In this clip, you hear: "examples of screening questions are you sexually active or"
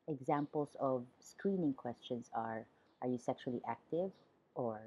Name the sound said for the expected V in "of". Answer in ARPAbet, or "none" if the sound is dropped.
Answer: V